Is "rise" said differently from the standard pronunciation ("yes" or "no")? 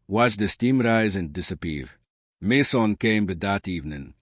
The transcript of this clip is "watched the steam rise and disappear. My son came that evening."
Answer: no